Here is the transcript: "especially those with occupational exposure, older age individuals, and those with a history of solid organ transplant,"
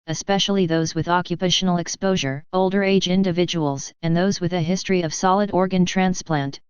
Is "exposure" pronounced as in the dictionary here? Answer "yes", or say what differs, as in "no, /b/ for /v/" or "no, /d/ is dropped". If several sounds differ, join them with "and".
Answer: yes